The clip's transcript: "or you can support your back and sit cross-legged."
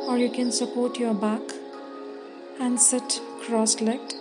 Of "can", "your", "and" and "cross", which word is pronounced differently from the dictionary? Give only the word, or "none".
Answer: none